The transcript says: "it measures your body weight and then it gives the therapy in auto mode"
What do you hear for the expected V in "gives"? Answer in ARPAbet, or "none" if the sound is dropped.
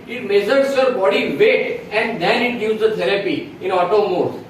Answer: none